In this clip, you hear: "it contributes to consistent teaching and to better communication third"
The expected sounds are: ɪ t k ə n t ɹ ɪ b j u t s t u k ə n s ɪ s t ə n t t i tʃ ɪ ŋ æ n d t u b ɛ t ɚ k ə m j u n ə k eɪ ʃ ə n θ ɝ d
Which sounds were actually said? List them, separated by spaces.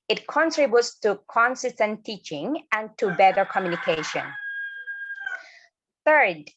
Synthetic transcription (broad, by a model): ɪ t k ə n t ɹ ɪ b j u t s t u k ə n s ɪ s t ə n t t i tʃ ɪ ŋ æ n t u b ɛ t ɚ k ə m j u n ə k eɪ ʃ ə n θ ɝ d